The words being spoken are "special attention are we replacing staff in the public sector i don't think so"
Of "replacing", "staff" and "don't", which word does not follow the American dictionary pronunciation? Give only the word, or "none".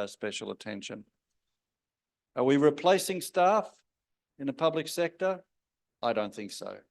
none